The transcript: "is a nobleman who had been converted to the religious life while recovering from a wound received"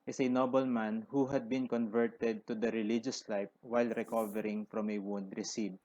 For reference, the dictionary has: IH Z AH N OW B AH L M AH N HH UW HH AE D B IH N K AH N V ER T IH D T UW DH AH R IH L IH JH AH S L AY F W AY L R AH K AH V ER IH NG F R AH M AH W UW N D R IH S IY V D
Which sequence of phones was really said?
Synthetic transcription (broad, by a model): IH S AH N OW B AH L M AH N HH UW HH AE D B IH N K AH N V ER T IH D T UW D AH R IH L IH JH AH S L AY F W AY L R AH K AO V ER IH NG F R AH M AH W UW N D R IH S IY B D